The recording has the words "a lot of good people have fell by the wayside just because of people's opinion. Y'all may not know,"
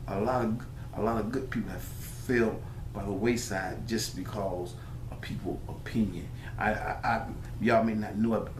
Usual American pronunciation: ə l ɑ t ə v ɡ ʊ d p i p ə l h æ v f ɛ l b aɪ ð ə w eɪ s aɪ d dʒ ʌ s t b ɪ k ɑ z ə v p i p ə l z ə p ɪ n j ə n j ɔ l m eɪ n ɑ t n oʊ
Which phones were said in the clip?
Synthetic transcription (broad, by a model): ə l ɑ t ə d ɡ ʊ d p i p l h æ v f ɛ l b aɪ ð ə w eɪ s aɪ d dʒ ʌ s b ɪ k ɑ z ə v p i p l ə p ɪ n j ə n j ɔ m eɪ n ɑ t n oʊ